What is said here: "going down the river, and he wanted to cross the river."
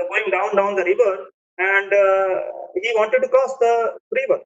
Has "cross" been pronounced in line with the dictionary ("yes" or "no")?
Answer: no